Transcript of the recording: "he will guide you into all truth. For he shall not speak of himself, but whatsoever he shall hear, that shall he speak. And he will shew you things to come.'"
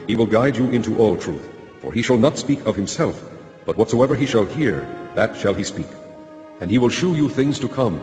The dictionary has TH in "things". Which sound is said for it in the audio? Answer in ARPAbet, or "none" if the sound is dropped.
TH